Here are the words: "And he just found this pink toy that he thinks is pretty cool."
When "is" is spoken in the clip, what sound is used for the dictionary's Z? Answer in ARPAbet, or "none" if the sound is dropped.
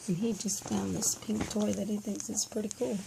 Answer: S